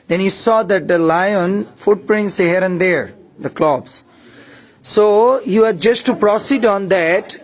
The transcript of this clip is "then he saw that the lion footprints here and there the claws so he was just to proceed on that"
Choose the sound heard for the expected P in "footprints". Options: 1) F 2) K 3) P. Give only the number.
3